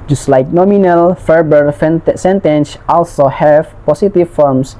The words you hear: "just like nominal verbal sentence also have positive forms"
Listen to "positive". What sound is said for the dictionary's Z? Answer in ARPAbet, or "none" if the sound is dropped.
S